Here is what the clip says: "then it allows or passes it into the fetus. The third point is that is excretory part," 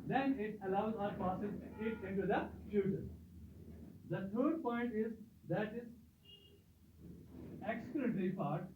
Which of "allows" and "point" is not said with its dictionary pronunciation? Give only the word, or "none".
none